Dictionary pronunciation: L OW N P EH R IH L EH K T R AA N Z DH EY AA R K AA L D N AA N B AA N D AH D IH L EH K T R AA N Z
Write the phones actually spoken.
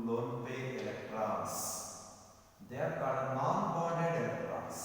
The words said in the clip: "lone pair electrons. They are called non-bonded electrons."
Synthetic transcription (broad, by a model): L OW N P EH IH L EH K T R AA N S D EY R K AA D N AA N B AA D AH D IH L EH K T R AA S